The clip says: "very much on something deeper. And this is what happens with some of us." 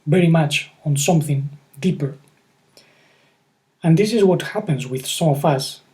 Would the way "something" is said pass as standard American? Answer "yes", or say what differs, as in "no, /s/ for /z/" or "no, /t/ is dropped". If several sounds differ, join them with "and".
yes